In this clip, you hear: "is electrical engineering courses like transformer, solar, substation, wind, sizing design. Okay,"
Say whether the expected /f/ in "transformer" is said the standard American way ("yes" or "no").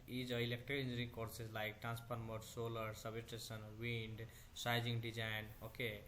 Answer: no